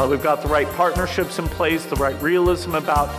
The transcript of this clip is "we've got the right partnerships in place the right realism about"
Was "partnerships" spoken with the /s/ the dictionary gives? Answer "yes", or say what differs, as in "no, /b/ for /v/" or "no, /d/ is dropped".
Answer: yes